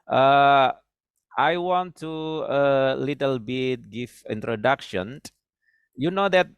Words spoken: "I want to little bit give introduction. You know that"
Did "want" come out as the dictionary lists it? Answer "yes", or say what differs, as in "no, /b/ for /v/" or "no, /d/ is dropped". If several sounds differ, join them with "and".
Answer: yes